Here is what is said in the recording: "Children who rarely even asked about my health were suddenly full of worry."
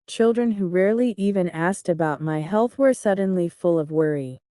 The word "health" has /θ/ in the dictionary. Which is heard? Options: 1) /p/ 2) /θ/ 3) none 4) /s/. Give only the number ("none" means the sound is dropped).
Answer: 2